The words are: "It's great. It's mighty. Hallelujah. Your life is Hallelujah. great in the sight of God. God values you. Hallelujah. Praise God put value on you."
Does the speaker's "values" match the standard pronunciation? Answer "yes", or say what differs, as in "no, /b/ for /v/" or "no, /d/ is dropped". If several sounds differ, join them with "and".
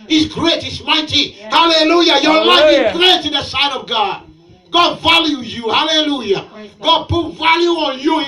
no, /z/ is dropped